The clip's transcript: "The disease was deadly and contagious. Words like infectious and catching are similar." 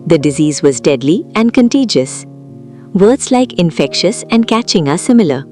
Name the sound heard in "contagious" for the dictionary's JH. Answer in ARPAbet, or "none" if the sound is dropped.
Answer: JH